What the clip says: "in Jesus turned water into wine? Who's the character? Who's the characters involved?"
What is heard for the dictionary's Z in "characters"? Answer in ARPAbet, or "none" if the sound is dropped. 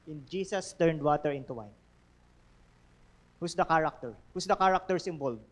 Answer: S